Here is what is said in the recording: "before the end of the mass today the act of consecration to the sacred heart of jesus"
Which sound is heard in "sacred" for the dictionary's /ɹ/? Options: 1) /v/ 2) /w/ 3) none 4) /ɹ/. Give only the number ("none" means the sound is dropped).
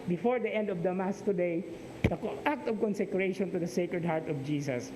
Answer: 4